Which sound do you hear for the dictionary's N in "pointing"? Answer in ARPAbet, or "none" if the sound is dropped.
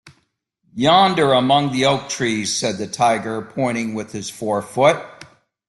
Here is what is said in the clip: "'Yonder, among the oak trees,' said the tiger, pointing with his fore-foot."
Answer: none